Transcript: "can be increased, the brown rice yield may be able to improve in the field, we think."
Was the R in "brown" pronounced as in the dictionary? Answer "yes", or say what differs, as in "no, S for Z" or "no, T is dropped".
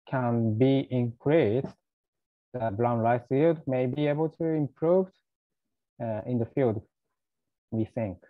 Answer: no, L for R